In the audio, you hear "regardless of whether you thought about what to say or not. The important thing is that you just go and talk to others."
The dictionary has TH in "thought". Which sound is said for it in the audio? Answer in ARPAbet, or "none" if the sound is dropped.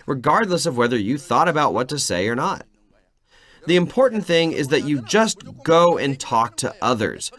TH